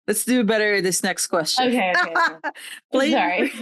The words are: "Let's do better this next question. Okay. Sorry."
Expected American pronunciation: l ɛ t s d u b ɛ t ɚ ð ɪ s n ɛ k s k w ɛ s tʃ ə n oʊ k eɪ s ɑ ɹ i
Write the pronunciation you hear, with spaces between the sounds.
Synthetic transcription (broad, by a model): l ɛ t s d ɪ b ɛ t ɚ ð ɪ s n ɛ k s k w ɛ s tʃ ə ʊ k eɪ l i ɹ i